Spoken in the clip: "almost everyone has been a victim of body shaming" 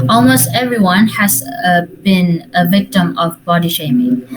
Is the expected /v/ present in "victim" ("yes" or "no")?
yes